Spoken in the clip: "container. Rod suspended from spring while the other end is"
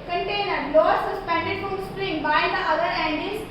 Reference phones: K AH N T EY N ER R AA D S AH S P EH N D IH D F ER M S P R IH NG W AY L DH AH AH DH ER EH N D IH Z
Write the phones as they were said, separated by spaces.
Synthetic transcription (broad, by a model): K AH N T EY N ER L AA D S AH S P EH N D IH D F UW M S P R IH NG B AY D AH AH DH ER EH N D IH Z